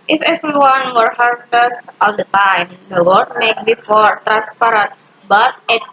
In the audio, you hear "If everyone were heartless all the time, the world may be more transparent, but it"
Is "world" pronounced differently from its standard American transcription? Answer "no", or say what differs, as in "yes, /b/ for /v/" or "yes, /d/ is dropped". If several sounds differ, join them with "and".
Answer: yes, /l/ is dropped